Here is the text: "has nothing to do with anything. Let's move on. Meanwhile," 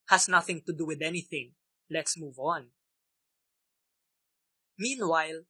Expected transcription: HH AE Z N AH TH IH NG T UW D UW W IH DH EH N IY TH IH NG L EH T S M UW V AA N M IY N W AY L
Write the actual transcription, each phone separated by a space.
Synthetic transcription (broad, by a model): HH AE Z N AH TH IH NG T UW D UW W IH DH EH N IY TH IH NG L EH T S M UW V AA N M IY N W AY L